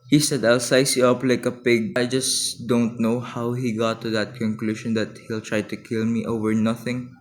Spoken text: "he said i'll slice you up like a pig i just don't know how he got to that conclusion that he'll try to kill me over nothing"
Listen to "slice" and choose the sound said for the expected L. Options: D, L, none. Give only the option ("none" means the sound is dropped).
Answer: none